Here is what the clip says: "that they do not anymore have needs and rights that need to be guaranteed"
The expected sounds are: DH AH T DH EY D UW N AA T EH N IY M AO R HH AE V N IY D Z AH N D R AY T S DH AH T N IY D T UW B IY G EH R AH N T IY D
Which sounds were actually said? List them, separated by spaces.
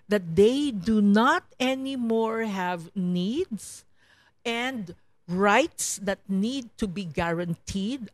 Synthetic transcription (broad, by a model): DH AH T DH EY D UW N AA T EH N IY M AO R HH AE V N IY D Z AH N D R AY T S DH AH T N IY D T UW B IY G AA R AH N T IY D